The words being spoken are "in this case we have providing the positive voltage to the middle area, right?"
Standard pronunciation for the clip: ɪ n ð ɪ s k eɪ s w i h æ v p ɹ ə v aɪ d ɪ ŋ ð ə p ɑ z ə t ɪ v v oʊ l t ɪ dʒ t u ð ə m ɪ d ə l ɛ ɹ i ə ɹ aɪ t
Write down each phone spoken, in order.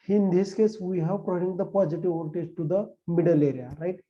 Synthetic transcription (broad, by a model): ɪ n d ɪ s k eɪ s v i h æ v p ɹ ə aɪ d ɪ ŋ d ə p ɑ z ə t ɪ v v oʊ n t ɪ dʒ t u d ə m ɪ d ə l ɛ ɹ i ə ɹ aɪ t